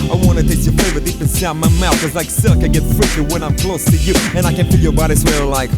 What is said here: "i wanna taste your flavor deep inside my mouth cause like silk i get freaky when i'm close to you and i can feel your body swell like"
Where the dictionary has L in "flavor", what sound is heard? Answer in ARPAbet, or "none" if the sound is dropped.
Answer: none